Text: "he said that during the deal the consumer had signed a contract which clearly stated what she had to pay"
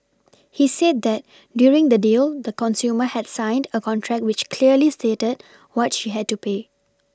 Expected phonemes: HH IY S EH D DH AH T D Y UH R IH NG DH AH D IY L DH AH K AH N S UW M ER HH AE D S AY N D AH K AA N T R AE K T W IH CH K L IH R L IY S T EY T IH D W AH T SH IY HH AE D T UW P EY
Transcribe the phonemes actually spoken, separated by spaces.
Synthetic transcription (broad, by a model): HH IY S EH D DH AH T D Y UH R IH NG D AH D IY L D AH K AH N S UW M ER HH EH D S AY N D AH K AA N T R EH K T W IH CH K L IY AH L IY S T EY T IH D W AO T SH IY HH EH D T UW P EY